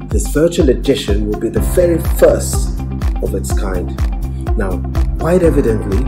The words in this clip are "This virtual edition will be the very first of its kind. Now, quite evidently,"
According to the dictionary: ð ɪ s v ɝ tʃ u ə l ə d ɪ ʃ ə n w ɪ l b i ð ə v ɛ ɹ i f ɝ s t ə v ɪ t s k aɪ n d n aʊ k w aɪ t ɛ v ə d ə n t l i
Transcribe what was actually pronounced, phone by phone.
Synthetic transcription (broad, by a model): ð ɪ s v ɝ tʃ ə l ə d ɪ ʃ ə n w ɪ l b i ð ə v ɛ ɹ i f ɝ s t ə v ɪ t s k aɪ n d n aʊ k w aɪ t ɛ v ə d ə n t l i